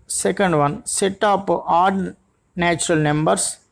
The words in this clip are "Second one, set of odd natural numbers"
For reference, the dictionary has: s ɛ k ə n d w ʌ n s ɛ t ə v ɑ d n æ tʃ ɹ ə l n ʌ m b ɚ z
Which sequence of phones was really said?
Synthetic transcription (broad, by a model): s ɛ k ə n d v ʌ n s ɛ t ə p ɑ d n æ tʃ ɹ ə l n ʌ m b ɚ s